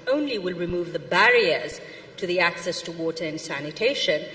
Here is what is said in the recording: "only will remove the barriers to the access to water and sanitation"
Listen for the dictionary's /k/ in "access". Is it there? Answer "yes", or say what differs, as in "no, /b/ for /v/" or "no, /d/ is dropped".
yes